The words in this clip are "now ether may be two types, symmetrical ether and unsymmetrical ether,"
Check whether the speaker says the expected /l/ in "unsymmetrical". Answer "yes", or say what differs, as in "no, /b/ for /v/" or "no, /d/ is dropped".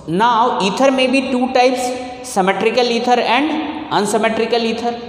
yes